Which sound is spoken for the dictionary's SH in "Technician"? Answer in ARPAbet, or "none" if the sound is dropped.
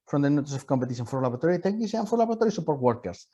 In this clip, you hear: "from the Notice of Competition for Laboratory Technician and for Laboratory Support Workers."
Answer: S